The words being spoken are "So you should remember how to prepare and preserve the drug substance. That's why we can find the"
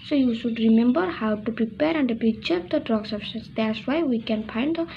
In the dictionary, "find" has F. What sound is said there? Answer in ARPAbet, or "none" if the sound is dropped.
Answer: P